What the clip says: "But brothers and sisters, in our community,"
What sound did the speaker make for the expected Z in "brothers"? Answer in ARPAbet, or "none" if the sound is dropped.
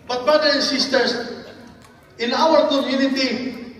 none